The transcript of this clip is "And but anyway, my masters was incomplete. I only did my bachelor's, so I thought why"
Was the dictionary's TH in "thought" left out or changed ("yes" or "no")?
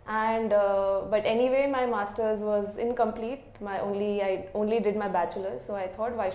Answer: yes